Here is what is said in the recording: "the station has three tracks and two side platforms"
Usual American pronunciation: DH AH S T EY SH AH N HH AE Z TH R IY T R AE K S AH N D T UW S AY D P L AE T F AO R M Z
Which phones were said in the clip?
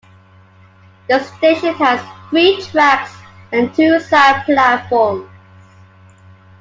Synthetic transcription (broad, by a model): DH AH S T EY SH AH N HH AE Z TH R IY T R AE K S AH N T UW S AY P L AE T F AO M